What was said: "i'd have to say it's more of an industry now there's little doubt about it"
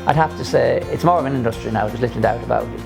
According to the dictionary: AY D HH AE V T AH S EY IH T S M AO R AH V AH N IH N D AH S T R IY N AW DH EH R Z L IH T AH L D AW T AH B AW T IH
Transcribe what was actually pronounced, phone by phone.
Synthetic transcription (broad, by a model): AY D HH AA F T AH S EY IH T S M AO R AH V AH N IH N D AH S T R IY N AW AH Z L IH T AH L D AW T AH B AW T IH